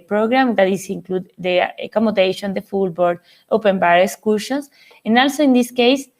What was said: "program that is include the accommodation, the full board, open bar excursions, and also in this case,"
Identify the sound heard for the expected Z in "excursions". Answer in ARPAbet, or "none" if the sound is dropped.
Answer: S